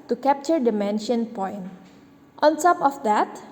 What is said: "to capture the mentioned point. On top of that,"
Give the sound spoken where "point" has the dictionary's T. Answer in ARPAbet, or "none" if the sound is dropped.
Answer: T